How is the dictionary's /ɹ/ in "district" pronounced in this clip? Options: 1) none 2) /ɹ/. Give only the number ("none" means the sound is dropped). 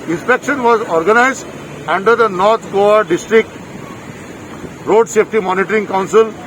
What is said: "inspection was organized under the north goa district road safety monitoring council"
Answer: 2